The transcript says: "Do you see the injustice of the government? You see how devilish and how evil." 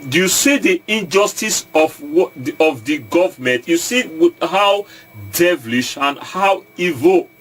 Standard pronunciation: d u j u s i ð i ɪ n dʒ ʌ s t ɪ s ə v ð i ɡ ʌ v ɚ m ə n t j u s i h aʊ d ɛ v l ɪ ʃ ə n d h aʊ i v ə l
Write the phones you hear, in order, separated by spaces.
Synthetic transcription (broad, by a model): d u j u s i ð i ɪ n dʒ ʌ s t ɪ s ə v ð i ɡ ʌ v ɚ m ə n t j u s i h aʊ d ɛ v l ɪ ʃ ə n h aʊ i v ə